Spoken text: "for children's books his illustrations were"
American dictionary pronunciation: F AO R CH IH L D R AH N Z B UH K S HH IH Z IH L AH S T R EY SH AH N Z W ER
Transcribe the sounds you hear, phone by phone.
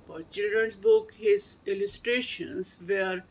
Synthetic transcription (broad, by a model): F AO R CH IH L D R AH N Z B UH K HH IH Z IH L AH S T R EY SH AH N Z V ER